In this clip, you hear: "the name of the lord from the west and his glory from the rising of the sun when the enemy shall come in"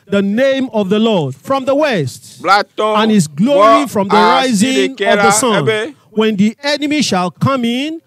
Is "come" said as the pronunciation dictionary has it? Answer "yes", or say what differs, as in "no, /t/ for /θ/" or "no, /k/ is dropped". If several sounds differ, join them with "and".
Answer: yes